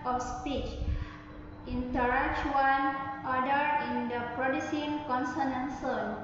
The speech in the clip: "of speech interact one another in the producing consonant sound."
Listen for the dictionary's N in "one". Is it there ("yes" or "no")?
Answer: no